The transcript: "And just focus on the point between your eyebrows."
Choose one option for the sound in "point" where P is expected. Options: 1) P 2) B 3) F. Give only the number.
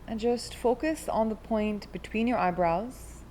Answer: 1